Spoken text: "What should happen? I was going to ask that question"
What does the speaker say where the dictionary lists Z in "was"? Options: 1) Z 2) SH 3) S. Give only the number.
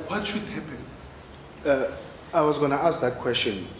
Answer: 1